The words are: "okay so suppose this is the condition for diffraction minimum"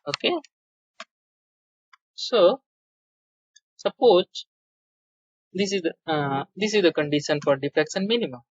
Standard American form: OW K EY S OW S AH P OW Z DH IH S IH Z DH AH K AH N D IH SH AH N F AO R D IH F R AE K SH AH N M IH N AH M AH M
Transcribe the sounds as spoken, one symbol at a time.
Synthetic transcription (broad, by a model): OW K EY S OW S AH P OW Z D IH S IH Z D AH K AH N D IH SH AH N F AO R D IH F R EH K S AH N M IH N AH M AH M